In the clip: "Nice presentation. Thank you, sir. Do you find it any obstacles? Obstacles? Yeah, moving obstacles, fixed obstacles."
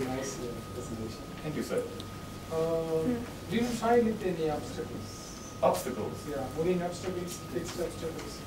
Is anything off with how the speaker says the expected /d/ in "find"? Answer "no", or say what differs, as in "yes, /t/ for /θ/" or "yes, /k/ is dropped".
yes, /d/ is dropped